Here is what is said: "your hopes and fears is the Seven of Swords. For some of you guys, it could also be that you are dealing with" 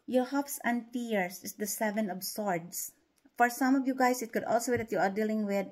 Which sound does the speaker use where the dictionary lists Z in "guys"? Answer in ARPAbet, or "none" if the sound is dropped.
S